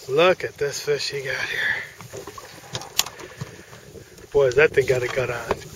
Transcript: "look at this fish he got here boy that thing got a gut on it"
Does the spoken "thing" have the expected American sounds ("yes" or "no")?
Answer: no